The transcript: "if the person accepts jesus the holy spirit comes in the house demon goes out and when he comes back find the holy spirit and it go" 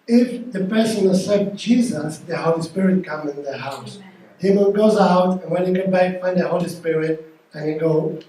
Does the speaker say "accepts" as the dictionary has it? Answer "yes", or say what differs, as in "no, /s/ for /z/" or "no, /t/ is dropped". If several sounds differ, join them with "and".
no, /k/ is dropped and /s/ is dropped